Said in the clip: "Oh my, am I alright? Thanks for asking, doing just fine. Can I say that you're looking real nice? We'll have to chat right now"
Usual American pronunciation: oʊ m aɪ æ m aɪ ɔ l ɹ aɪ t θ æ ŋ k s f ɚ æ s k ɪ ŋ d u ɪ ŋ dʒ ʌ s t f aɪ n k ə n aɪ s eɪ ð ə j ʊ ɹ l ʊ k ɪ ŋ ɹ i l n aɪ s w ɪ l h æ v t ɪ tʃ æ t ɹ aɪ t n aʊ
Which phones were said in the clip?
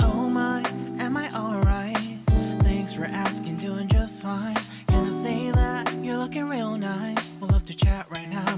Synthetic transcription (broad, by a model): oʊ m aɪ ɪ m aɪ ɔ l ɹ aɪ t θ æ ŋ k s f ɚ æ s k ɪ ŋ d u ɪ ŋ dʒ ʌ s t f aɪ n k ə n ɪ s eɪ ð ə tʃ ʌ ɹ l ʊ k ɪ ŋ ɹ i l n aɪ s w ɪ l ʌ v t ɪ tʃ æ t ɹ aɪ t n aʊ